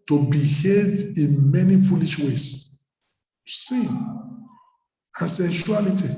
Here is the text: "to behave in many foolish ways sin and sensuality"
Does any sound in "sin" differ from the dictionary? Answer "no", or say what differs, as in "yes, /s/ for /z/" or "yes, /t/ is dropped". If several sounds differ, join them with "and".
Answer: yes, /n/ is dropped